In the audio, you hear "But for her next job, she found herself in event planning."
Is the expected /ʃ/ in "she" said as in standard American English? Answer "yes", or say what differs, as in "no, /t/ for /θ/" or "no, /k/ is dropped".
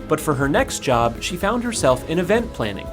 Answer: yes